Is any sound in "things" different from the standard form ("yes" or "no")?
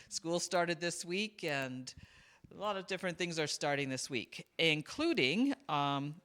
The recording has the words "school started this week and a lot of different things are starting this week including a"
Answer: no